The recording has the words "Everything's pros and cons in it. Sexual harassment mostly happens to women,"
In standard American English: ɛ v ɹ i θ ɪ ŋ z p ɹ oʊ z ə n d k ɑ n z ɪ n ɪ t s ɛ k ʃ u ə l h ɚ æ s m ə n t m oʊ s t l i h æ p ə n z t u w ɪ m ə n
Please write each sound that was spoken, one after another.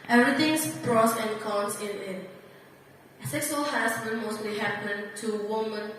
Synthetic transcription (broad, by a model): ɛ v ɹ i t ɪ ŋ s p ɹ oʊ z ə n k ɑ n s ɪ n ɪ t s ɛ k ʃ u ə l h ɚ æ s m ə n m oʊ s t l i h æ p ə n t u w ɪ m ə n